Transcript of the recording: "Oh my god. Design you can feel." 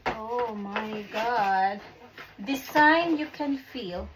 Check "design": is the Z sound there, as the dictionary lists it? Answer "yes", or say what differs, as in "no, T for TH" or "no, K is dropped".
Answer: no, S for Z